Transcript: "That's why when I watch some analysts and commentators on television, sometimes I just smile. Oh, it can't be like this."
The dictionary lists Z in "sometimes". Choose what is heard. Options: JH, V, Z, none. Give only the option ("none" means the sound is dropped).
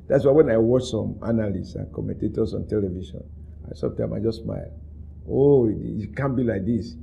none